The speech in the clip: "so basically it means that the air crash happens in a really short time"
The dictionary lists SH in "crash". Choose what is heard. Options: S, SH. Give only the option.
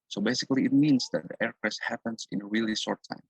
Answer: S